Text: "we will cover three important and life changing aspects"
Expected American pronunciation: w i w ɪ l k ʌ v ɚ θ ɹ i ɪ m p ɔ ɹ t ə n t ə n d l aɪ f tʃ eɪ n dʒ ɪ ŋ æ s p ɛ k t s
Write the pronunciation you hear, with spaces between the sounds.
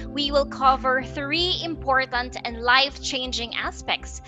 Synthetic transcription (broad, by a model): w i w ɪ l k ʌ v ɚ θ ɹ i ɪ m p ɔ ɹ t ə n t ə n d l aɪ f tʃ eɪ n dʒ ɪ ŋ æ s p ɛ k t s